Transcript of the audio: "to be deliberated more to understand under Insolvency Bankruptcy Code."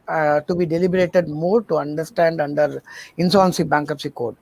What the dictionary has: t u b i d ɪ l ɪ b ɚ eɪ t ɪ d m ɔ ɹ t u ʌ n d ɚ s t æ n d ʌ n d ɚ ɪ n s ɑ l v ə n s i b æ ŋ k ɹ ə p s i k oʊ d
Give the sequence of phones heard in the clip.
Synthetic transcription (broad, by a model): t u b i d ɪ l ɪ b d eɪ t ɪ d m ɔ ɹ t u ʌ n d ɚ s t æ n d ʌ n d ɚ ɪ n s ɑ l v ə n s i b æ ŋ k ə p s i k oʊ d